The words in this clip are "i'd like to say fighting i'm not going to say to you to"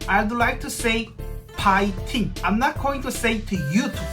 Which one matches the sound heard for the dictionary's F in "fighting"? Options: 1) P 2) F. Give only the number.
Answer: 1